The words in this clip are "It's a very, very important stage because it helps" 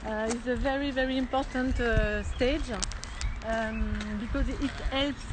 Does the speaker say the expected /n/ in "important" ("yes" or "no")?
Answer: yes